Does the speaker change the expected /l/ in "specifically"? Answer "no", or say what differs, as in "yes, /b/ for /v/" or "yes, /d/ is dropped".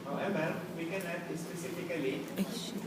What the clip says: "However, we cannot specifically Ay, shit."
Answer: yes, /l/ is dropped